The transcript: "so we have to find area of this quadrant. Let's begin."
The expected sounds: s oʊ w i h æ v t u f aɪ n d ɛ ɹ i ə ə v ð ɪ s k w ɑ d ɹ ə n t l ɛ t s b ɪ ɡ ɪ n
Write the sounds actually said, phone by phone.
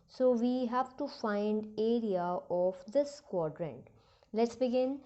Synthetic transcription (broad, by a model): s oʊ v i h æ v t u f aɪ n d ɛ ɹ i ə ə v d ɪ s k w ɑ d ɹ ə n t l ɛ t s b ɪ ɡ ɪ n